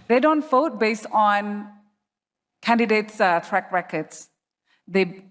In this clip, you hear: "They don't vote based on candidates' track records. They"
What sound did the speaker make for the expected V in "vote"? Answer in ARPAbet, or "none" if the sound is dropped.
F